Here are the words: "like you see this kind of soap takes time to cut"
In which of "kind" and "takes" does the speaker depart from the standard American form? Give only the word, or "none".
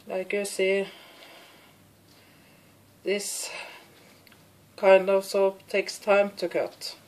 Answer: none